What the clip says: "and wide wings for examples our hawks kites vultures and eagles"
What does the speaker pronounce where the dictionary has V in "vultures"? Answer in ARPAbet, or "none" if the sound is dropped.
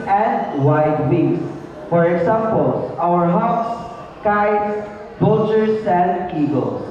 B